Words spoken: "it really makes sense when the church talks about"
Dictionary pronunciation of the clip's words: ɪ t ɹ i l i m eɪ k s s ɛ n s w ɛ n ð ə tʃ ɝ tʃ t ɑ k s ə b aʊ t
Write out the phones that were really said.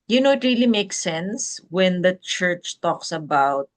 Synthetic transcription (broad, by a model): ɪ t ɹ i l i m eɪ k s s ɛ n s w ɛ n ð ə tʃ ɝ tʃ t ɑ k s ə b aʊ t